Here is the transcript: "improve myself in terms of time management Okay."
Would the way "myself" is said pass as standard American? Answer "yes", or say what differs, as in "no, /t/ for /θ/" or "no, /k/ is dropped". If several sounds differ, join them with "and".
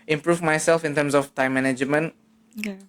yes